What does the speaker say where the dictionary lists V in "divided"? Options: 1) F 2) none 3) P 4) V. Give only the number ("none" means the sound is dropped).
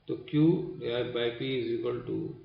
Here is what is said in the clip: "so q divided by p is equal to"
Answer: 2